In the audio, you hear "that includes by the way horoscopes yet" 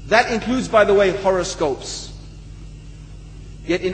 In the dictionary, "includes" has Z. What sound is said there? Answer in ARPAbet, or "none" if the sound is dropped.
Z